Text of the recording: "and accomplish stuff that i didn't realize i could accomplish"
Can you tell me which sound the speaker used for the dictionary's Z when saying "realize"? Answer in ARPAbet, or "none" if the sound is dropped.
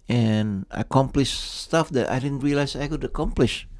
S